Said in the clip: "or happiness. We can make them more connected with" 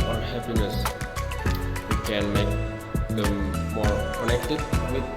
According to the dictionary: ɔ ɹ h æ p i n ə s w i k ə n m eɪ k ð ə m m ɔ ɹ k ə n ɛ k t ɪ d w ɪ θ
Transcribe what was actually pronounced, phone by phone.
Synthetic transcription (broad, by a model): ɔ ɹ h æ p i n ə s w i k ə n m eɪ k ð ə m m ɔ ɹ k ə l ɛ k t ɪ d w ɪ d